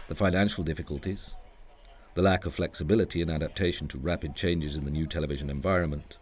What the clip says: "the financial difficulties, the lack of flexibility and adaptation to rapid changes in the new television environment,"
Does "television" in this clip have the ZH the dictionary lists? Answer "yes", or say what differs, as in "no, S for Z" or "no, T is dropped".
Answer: yes